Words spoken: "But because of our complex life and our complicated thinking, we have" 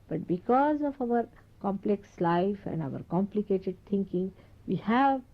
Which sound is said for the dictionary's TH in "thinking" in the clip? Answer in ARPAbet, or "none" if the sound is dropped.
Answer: T